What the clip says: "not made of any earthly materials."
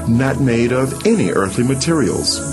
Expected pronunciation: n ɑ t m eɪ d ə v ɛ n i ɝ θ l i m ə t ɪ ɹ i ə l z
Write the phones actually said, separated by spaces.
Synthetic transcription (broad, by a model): n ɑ t m eɪ d ə v ɛ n i ɝ θ l i m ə t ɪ ɹ i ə l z